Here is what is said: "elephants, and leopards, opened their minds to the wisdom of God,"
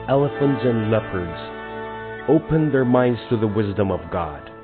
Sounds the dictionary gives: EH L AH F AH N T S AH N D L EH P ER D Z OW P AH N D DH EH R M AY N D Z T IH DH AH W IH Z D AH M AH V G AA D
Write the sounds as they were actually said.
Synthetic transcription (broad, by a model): EH L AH F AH N T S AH N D L EH P ER D Z OW P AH N DH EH R M AY N D Z T IH DH AH W IH Z D AH M AH V G AA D